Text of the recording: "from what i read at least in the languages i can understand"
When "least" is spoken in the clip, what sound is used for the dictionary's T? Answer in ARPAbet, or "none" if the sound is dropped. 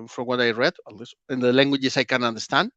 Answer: none